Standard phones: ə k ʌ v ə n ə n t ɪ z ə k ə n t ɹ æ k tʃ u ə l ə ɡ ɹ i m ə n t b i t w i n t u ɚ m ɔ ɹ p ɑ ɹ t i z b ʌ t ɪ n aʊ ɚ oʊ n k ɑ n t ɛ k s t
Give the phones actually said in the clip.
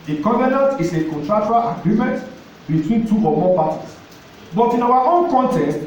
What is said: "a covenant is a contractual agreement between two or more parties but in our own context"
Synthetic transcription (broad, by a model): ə k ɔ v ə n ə n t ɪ s ə k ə n t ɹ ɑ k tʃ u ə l ə ɡ ɹ i m ə n t b i t w i n t u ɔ m ɔ p ɑ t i s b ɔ t ɪ n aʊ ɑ oʊ n k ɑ n t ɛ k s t